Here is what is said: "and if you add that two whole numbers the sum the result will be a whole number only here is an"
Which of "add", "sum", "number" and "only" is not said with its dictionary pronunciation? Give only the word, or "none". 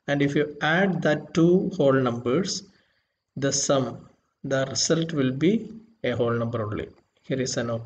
only